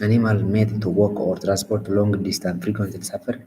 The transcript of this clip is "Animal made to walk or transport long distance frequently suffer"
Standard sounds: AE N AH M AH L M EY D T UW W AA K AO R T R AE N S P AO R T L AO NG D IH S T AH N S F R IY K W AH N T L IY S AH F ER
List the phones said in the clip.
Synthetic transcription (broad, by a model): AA N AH M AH L M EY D T UW W AA K AO R T R AE N S P AO R T L AO NG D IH S T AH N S F R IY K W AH N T IY S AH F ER